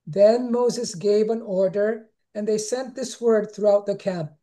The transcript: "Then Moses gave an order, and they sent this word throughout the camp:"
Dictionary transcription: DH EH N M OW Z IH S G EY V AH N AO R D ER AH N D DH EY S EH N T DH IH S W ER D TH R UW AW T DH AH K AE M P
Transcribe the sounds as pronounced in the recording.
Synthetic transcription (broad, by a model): DH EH N M OW Z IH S G EY V AH N AO R D ER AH N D DH EY S EH N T DH IH S W ER D TH R UW AW T DH AH K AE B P